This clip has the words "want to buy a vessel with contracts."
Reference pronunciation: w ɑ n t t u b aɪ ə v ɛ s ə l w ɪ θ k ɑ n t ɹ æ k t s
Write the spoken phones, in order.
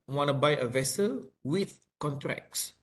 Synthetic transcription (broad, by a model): w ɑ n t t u b aɪ ə v ɛ s ə l w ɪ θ k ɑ n t ɹ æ k s